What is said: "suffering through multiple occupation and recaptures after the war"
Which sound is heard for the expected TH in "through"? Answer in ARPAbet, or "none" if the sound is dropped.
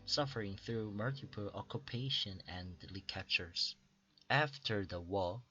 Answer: TH